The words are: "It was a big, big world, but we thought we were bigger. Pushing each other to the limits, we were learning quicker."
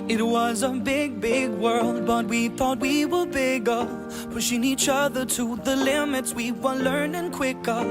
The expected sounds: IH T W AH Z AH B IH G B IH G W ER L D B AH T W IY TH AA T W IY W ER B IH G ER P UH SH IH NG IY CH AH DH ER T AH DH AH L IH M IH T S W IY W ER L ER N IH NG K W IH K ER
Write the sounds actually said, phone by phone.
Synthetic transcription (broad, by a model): IH T W AH Z AH B IH G B IH G W ER L D B AH T W IY TH AA T W IY W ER B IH G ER F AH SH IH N IY CH AH DH ER T AH DH AH L IH M IH T S W IY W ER L ER N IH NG K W IH K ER